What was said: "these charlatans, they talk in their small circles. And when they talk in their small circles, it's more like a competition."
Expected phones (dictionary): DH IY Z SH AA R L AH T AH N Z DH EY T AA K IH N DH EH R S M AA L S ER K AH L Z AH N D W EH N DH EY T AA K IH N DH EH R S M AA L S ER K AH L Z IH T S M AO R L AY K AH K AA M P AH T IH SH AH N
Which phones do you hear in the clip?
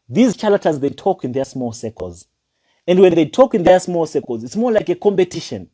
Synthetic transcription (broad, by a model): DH IY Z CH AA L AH T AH Z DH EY T AA K IH N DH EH S M AA L S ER K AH L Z AH N D W EH N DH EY T AA K IH N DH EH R S M AA L S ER K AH L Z IH T S M AO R L AY K AH K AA M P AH T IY SH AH N